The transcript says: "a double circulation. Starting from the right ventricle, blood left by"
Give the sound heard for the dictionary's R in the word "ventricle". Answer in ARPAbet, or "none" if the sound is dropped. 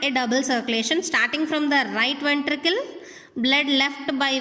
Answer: R